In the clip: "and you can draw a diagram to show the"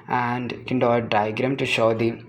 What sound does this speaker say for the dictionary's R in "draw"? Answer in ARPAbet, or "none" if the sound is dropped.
none